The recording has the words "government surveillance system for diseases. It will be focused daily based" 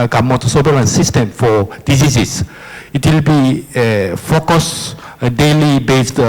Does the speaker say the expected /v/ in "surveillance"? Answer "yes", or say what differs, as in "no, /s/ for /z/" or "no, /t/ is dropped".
no, /b/ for /v/